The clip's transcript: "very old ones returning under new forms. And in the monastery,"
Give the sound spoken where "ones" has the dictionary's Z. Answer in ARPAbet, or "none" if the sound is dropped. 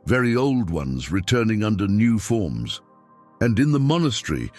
Z